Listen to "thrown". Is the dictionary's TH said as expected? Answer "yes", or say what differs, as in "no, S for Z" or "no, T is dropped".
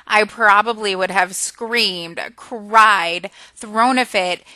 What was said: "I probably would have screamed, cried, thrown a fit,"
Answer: yes